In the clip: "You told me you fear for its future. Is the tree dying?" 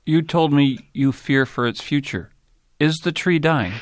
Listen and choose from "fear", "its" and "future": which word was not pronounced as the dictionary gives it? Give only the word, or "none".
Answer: none